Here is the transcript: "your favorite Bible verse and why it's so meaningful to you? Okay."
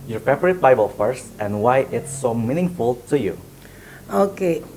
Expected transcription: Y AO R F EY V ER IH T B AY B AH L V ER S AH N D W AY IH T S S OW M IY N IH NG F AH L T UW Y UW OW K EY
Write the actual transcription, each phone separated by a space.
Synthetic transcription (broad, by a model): Y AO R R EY P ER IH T B AY B AH L F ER S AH N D W AY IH T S S OW M IY N IH NG F AH L T UW Y UW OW K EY